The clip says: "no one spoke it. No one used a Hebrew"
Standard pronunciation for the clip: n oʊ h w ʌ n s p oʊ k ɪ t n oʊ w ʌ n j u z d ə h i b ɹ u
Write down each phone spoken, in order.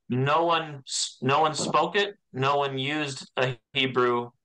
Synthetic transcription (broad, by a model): n oʊ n w ʌ n s p oʊ k ɪ t n oʊ w ʌ n j u z d ə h i b ɹ u